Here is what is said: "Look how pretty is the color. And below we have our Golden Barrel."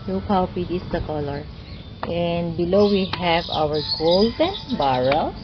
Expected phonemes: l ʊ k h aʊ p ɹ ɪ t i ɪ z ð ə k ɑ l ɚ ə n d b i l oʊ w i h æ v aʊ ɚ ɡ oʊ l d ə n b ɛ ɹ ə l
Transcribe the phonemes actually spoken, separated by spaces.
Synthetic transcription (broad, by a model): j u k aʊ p i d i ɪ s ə k ɑ l ɚ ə n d b i l oʊ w i h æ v aʊ ɚ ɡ oʊ l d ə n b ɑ ɹ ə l